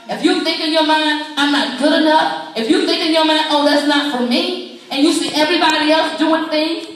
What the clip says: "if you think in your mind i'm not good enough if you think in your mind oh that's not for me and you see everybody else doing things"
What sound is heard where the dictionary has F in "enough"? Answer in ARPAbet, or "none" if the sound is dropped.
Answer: P